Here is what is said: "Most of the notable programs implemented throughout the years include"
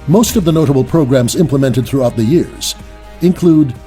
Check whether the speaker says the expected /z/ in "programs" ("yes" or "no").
yes